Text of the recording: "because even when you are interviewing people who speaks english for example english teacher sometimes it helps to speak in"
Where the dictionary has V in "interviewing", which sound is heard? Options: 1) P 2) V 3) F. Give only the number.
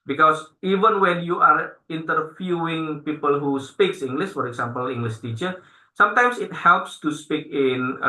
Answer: 3